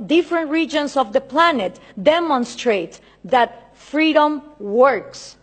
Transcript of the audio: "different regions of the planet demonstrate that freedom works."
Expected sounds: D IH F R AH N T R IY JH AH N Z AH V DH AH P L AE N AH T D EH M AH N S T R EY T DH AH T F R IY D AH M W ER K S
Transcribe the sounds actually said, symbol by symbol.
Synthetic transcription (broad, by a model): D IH F R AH N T R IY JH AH N S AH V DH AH P L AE N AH T D EH M AH N S T R EY T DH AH T F R IY D AH M W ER K S